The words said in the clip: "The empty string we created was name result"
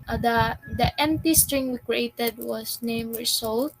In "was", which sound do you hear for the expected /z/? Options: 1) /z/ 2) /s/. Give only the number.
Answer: 2